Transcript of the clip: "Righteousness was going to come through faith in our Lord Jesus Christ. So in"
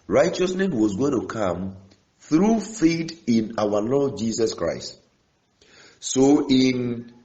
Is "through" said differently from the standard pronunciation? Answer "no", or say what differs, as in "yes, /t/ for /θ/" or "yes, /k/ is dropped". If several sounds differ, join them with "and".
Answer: no